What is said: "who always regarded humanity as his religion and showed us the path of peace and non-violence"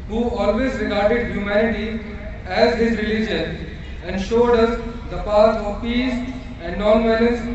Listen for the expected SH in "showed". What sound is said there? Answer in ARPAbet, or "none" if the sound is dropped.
SH